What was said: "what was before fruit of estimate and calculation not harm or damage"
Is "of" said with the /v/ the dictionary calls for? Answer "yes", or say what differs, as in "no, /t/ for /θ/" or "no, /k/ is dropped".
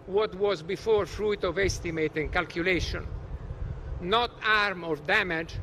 yes